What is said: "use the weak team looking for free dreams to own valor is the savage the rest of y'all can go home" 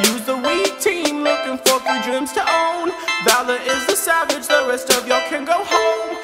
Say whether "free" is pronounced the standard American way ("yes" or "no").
no